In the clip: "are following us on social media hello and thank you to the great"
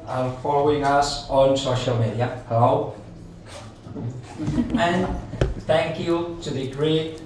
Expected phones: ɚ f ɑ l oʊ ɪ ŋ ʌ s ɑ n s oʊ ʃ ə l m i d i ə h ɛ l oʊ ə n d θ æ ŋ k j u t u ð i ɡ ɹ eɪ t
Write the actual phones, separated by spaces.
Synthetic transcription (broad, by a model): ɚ f ɑ l oʊ ɪ ŋ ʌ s ɑ n s oʊ ʃ ə l m i d i ə h ɛ l oʊ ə n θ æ ŋ k j u t u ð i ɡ ɹ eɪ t